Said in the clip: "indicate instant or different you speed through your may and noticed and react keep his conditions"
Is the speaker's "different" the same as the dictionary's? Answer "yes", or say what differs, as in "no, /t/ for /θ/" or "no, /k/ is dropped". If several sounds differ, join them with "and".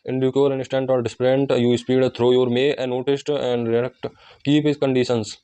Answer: no, /p/ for /f/